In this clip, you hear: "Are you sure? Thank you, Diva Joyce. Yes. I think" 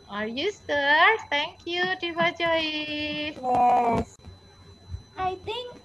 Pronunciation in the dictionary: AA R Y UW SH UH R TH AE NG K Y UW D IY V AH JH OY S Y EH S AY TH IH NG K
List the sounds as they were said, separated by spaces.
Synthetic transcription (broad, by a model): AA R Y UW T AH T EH NG K Y UW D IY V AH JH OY Y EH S AY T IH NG K